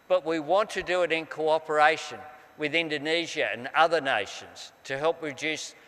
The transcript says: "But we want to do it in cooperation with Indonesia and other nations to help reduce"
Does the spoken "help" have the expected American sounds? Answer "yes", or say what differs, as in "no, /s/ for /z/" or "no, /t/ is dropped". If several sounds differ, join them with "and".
yes